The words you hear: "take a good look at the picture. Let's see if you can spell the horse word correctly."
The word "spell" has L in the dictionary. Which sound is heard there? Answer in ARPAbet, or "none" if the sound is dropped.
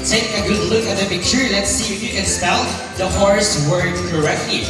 N